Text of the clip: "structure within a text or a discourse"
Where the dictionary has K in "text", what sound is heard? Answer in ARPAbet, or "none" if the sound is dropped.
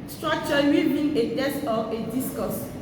none